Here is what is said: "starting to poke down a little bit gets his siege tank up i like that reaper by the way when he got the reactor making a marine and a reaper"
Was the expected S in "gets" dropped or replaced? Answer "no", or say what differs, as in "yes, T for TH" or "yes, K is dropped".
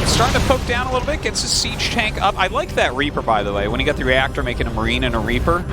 no